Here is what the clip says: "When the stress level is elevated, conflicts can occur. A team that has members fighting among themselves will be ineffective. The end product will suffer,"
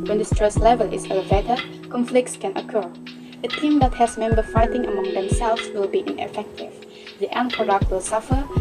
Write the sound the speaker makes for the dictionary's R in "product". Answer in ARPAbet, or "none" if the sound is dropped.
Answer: none